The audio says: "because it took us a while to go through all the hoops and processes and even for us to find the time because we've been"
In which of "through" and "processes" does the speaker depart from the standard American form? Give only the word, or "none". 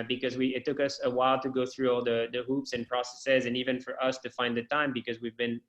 none